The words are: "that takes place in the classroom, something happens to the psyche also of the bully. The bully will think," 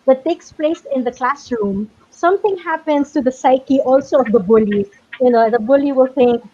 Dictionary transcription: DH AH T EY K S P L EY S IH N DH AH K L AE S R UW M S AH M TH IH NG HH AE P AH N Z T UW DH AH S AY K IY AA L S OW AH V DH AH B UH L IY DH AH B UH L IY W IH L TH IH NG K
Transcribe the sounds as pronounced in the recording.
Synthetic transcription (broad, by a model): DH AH T EY K S P L EY S IH N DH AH K L AE S R UW M S AH M TH IH NG HH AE P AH N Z T UW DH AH S AY K IY AA L S OW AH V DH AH B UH L IY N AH B UH L IY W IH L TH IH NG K